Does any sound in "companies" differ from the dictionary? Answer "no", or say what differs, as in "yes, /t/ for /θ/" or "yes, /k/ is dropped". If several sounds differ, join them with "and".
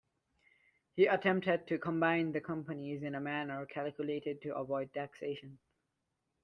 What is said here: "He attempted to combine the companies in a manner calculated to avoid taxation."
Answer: no